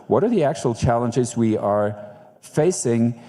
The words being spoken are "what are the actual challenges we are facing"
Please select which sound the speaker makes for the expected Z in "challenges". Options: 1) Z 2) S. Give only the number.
1